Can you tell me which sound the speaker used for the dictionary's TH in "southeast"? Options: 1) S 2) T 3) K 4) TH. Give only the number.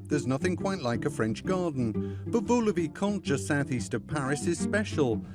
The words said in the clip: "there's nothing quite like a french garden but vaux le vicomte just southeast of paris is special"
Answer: 4